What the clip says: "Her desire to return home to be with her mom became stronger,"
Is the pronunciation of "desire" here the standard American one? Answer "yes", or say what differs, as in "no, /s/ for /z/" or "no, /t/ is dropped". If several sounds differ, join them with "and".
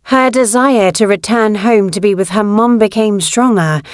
yes